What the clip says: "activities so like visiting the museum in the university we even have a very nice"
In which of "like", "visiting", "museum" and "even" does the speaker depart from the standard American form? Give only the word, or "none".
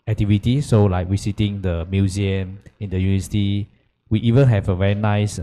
visiting